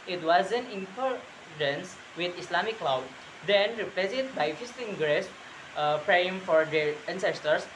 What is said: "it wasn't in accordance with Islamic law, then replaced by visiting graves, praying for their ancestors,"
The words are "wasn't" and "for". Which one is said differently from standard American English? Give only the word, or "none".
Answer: wasn't